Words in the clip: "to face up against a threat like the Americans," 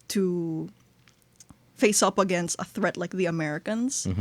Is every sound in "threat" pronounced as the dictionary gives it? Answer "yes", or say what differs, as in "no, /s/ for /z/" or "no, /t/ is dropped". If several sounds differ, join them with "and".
yes